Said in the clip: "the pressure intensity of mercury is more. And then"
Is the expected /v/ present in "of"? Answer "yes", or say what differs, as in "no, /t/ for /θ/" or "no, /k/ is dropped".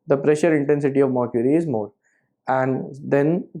yes